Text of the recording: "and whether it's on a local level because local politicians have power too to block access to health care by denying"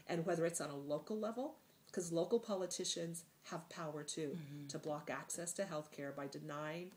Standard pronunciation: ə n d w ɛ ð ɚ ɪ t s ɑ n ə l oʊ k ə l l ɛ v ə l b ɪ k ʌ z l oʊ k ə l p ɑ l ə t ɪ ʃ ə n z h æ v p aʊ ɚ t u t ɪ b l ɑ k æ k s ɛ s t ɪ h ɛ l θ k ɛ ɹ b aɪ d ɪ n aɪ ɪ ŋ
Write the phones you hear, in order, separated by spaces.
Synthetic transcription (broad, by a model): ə n w ɛ ð ɚ ɪ t s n ə l oʊ k l l ɛ v l k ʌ z l oʊ k l p ɑ l ə t ɪ ʃ ə n z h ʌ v p aʊ ɚ t u t ɪ b l ɑ k æ k s ɛ s t ɪ h ɛ l θ k ɛ ɹ b aɪ d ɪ n aɪ ɪ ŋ